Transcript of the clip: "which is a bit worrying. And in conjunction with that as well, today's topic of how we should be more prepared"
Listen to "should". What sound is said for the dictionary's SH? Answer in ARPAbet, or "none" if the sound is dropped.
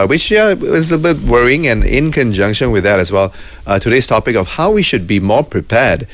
SH